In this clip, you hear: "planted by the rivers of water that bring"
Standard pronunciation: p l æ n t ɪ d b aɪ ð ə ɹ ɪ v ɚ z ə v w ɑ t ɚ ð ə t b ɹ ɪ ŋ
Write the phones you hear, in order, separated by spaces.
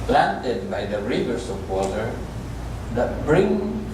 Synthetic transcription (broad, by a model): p l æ n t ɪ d b aɪ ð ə ɹ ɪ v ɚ s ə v w ɑ t ɚ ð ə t b ɹ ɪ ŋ